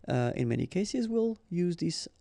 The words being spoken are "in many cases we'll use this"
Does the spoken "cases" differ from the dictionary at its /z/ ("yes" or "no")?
no